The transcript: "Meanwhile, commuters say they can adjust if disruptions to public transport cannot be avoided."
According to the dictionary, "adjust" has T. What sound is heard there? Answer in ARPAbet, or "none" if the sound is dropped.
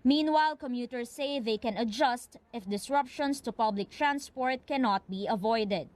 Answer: T